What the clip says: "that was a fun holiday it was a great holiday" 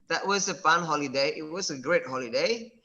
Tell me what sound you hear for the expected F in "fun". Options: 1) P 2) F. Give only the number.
1